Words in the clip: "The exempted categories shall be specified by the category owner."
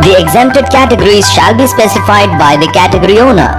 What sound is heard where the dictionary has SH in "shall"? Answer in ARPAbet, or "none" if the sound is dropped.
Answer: SH